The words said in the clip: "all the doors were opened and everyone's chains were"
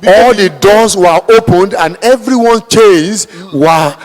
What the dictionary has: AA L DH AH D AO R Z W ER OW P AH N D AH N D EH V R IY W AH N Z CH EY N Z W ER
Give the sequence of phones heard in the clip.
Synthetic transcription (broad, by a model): AA L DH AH D AO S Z W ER OW P AH N D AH N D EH V R IY W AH N CH EY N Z W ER